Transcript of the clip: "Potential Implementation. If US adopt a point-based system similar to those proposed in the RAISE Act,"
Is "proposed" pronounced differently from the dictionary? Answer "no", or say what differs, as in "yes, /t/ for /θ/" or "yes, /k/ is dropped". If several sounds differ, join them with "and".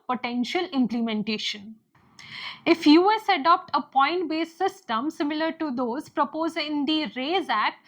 yes, /d/ is dropped